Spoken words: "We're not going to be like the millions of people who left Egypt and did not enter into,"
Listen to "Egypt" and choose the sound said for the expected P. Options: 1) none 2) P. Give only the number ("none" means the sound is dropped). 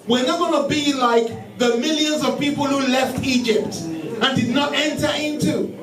2